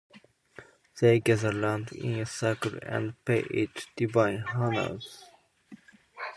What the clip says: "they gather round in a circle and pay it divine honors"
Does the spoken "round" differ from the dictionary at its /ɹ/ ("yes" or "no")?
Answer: yes